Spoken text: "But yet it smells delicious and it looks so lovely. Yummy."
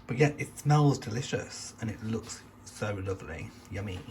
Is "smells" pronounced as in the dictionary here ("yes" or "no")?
yes